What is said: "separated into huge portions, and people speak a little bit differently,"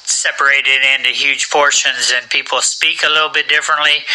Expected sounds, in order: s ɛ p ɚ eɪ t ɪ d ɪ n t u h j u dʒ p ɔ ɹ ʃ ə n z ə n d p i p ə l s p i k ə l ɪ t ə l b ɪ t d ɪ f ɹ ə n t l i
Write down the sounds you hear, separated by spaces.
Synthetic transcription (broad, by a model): s ɛ p ɚ eɪ t ɪ d ɪ n t u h j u ʒ p ɔ ɹ ʃ ə n z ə n p i p l s p i k ə l ɪ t l b ɪ t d ɪ f ɹ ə n t l i